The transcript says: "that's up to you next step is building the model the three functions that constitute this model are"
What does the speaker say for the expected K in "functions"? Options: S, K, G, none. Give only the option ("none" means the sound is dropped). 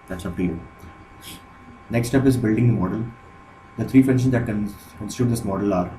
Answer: none